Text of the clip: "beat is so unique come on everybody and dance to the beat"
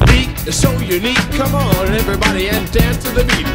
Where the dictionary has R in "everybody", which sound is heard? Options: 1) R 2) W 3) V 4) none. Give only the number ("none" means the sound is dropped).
1